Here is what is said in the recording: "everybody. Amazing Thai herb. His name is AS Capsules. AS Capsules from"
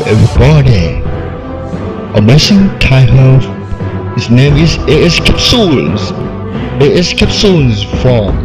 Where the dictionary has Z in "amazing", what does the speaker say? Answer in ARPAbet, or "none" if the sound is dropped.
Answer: S